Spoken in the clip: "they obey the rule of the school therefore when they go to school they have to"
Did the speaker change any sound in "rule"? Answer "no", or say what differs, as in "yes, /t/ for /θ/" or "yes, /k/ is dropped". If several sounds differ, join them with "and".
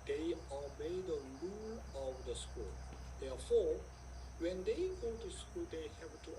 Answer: yes, /l/ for /ɹ/